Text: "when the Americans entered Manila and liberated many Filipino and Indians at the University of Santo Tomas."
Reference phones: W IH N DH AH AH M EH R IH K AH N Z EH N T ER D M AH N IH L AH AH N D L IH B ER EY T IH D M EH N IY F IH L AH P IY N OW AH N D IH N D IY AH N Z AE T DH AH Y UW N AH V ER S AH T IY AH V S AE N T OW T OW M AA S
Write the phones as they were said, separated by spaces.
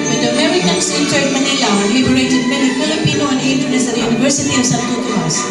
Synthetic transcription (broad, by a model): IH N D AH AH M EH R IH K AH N S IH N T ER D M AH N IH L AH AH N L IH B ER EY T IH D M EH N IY F IH L AH P IY N OW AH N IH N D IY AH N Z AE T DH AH Y UW N AH V ER S AH T IY AH V S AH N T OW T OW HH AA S